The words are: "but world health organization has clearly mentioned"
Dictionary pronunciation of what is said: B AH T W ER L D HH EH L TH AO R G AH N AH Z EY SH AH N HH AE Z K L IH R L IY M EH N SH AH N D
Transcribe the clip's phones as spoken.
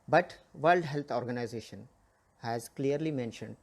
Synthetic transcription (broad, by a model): B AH T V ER L D HH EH L T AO R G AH N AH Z EY SH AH N HH AE Z K L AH R L IY M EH N SH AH N D